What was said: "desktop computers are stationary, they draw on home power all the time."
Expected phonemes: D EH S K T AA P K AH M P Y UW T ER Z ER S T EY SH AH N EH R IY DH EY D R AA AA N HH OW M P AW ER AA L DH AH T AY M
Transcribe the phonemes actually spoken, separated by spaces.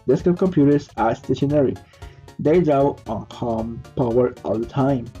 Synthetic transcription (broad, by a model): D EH S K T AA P K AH M P Y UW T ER S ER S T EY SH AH N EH R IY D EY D AA AA N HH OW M P AW ER AA L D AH T AY M